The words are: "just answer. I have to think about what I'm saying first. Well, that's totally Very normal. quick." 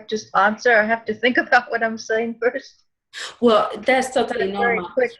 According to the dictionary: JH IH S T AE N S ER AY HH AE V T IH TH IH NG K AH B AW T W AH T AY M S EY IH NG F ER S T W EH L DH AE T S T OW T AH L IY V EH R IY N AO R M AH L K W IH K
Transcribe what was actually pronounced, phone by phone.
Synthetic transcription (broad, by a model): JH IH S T AE N S ER AY HH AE F T IH TH IH NG K AH B AW T W AH T AY M S EY IH NG F ER S T W EH L DH AE T S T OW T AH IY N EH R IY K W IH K